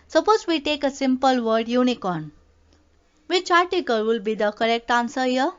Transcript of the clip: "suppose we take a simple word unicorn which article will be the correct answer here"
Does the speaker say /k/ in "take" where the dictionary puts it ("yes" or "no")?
yes